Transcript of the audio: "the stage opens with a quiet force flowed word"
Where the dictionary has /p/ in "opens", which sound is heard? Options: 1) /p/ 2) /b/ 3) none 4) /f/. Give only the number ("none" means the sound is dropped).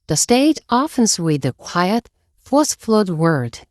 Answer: 4